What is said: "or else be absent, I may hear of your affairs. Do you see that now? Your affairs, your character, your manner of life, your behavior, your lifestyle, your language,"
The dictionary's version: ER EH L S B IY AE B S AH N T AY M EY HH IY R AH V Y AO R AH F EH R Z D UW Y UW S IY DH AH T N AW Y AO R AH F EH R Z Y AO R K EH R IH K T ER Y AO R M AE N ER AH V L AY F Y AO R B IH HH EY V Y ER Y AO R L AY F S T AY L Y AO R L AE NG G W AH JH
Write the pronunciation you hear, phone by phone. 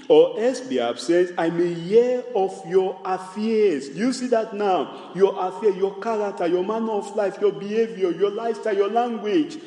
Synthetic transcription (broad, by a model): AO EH S B IY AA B S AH N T AY M EY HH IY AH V Y AO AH F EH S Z D UW Y UW S IY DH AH T N AW Y AO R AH F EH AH Y AO K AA R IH K T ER Y AO M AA N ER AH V L AY F Y AO B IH HH EY V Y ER Y AO L AY S T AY Y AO L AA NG G W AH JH